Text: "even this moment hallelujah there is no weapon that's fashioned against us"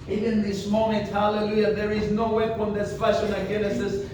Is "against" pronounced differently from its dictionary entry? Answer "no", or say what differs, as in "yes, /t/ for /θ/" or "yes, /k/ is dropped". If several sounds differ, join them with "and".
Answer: yes, /t/ is dropped